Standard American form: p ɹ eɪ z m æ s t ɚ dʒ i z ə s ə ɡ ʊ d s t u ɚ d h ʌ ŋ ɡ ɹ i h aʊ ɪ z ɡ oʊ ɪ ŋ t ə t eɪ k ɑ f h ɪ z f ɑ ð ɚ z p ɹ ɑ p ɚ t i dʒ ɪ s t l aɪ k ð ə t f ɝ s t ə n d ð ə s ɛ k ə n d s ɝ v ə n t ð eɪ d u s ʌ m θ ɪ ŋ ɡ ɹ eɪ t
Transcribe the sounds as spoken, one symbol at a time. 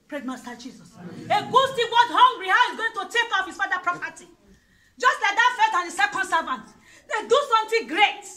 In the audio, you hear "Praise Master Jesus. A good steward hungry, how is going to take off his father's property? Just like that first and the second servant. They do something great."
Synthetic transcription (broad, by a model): p ɹ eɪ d m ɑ s t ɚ dʒ i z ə s ə ɡ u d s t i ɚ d h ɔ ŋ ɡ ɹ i h aʊ ɪ z ɡ oʊ ɪ ŋ t ə t eɪ k ɑ f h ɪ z f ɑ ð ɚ p ɹ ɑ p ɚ t i dʒ ɪ s t l aɪ k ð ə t f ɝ t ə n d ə s ɛ k ə n d s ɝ v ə n t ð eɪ d u s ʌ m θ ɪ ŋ ɡ ɹ eɪ t